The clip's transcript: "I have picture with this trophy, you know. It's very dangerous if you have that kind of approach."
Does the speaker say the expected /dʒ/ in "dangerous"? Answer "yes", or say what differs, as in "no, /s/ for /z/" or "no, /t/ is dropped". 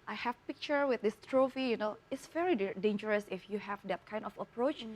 yes